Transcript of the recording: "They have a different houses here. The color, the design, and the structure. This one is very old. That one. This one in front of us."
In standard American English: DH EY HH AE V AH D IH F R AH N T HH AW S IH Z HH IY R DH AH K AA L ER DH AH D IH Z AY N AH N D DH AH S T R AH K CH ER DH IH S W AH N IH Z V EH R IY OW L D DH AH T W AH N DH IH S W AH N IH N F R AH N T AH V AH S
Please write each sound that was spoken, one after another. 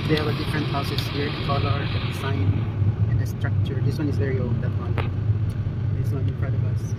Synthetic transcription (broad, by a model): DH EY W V AH D IH F R AH N T HH AW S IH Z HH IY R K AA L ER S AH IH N AH N D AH S T R AH K CH ER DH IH S W AH N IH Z V EH R IY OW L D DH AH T W AH N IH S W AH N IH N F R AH T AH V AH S